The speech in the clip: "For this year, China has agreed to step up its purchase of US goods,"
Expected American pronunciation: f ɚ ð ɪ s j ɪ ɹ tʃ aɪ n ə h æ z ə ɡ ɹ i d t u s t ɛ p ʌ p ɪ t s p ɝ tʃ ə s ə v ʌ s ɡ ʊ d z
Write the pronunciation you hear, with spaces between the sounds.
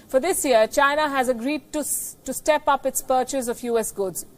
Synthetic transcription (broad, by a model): f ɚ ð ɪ s j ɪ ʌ tʃ aɪ n ə h æ z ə ɡ ɹ i d t u s t ɛ p ʌ p ɪ t s p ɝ tʃ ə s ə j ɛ s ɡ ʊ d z